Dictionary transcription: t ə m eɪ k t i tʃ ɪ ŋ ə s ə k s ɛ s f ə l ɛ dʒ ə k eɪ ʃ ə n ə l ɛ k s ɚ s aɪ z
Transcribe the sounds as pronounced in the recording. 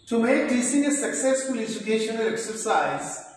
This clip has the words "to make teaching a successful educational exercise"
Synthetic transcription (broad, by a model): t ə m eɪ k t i s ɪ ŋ ə s ə k s ɛ s f ə l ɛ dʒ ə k eɪ ʃ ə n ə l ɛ k s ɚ s aɪ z